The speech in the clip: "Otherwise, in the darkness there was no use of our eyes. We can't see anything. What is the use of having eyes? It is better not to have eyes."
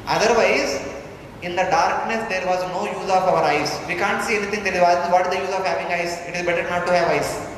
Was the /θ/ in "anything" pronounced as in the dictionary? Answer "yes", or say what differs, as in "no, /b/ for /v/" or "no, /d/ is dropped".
no, /t/ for /θ/